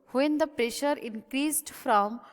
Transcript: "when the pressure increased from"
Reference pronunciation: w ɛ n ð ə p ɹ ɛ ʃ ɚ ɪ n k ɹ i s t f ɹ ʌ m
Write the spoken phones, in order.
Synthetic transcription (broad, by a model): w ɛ n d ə p ɹ ɛ ʃ ɚ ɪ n k ɹ i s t f ɹ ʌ m